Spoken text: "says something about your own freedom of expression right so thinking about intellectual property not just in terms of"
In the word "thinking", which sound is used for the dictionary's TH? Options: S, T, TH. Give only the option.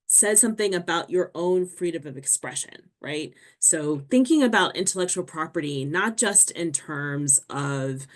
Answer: TH